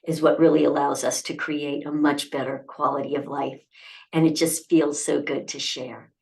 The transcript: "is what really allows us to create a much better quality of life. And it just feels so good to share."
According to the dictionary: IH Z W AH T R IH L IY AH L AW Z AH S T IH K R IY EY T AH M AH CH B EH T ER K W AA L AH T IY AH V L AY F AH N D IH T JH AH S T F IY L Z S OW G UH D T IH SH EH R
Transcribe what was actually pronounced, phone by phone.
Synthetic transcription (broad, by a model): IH Z W AH T R IH L IY AH L AW Z AH S T IH K R IY EY T AH M AH CH B EH T ER K W AA L AH T IY AH V L AY F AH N IH T JH AH S T F IY L Z S OW G UH D T IH SH EH R